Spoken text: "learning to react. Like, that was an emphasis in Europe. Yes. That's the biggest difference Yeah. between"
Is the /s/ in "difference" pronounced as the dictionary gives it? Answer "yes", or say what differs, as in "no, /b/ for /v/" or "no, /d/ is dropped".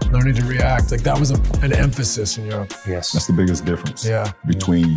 yes